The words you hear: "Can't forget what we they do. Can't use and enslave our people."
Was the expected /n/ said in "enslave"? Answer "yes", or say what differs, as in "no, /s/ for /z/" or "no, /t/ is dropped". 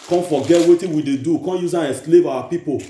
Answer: no, /n/ is dropped